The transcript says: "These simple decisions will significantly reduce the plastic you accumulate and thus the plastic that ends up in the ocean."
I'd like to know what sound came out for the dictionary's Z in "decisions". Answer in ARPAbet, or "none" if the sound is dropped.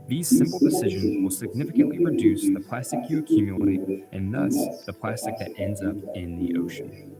Z